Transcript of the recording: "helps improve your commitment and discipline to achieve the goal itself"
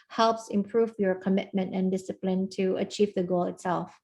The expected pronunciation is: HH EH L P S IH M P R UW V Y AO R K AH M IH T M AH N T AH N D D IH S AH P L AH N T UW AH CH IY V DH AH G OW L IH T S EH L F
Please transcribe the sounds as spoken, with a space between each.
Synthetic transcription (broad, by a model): HH EH L P S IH M P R UW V Y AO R K AH M IH T M AH N T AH N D D IH S AH P L AH N T UW AH CH IY V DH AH G OW L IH T S EH L F